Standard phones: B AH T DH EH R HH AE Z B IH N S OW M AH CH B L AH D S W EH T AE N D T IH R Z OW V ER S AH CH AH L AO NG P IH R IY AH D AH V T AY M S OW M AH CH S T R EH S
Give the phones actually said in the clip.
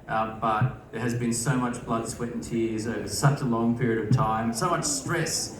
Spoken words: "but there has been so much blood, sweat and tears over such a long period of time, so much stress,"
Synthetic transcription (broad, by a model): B AH T DH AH R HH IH Z B IH N S OW M AH CH B L AH D S W EH T N T IH R Z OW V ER S AH CH AH L AO NG P IH R IY AH D AH V T AY M S OW M AH CH S T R EH S